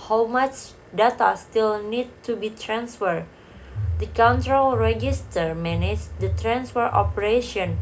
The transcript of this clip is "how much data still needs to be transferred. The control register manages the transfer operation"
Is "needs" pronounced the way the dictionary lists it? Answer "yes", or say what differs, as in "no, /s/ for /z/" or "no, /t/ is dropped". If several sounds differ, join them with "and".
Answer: no, /z/ is dropped